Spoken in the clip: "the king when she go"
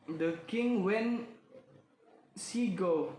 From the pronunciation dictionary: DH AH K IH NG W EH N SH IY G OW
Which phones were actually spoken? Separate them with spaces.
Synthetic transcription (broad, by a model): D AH K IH NG W EH N S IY G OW